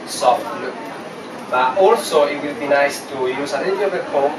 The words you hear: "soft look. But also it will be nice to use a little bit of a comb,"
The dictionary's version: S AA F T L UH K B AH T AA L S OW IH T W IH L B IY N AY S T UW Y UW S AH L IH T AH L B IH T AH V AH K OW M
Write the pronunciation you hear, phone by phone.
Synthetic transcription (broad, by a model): S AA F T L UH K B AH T AA L S OW IH T W IH L B IY N AY S T UW Y UW S AH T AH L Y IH AH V AH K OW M